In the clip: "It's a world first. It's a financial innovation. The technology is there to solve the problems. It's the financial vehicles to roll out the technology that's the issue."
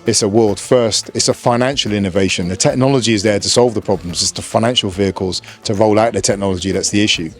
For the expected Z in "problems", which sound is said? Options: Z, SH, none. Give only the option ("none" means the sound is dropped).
Z